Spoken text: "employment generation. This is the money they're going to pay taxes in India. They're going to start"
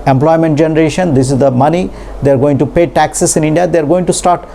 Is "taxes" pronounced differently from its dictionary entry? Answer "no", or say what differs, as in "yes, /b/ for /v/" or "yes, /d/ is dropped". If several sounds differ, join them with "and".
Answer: yes, /s/ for /z/